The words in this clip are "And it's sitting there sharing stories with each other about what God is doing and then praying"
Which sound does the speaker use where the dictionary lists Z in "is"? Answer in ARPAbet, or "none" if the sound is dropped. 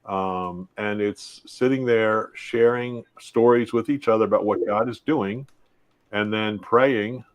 Z